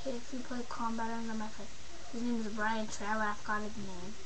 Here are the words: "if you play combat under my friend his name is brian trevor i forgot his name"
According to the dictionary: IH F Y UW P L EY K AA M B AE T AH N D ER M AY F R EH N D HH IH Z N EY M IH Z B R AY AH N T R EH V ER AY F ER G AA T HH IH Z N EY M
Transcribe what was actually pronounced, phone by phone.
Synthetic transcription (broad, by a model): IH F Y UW P L EY K AA M B AE T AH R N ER M AY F EH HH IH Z N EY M IH Z B R AY AH N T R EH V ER AY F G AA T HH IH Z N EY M